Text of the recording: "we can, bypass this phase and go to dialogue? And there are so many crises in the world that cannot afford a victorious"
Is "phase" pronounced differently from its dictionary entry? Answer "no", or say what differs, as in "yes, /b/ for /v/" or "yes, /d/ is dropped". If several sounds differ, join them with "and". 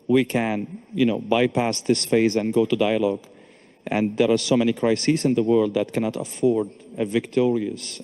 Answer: no